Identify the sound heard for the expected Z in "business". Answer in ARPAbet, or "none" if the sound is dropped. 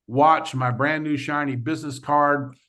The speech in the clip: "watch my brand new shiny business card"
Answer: Z